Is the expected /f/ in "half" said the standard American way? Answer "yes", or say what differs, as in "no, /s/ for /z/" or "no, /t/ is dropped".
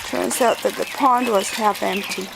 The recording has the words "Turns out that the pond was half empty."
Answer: yes